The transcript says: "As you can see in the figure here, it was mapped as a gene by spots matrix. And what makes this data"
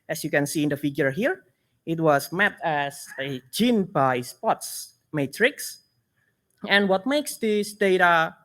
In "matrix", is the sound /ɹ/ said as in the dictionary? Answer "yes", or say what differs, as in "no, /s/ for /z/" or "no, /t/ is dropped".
yes